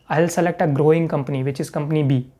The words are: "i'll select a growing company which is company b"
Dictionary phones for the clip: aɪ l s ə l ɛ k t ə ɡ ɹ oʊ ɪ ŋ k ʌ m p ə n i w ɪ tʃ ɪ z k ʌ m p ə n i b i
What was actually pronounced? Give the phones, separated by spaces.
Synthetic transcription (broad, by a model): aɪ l s ə l ɛ k t ə ɡ ɹ oʊ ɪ ŋ k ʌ m p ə n i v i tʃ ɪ s k ʌ m p ə n i b i